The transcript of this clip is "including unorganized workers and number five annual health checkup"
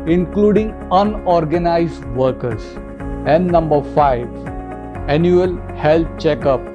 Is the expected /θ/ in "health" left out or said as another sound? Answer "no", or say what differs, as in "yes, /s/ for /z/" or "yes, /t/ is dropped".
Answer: yes, /t/ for /θ/